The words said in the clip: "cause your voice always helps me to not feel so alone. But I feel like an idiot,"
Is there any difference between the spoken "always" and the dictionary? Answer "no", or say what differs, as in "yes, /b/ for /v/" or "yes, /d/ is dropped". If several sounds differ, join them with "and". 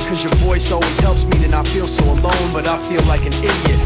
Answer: yes, /l/ is dropped